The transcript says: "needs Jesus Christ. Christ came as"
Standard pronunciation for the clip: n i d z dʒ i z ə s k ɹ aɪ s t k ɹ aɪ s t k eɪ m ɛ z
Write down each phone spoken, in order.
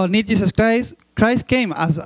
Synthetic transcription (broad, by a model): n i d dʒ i s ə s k ɹ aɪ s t k ɹ aɪ s t k eɪ m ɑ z